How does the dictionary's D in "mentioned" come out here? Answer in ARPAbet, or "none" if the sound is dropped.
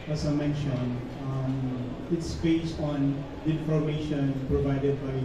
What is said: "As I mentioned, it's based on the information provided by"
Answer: none